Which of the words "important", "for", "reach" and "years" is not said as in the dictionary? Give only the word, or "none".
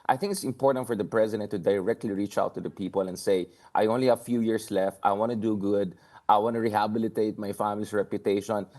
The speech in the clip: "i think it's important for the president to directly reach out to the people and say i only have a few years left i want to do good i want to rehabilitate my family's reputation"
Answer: years